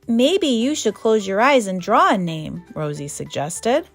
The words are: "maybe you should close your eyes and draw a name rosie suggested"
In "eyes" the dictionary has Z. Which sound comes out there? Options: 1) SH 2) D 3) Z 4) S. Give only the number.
3